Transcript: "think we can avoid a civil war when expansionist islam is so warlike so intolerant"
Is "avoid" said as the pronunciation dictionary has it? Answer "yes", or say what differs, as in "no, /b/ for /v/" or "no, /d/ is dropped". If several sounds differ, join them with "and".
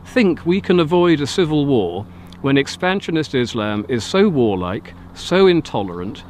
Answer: yes